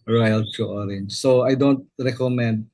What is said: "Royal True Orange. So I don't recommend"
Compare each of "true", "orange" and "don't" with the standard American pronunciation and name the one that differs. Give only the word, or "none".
true